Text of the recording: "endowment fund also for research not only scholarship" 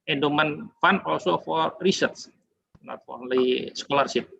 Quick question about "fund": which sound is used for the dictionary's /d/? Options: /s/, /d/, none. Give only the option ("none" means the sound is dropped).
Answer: none